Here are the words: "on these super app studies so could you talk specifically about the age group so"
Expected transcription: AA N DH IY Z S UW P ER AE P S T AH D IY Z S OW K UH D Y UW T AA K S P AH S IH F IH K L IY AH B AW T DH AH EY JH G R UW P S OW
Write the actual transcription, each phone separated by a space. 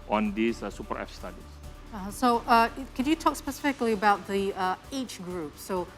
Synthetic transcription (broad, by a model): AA N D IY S S UW P ER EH F S T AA D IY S S OW K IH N Y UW T AA K S P AH S IH F IH K L IY AH B AW T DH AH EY CH G R UW P S OW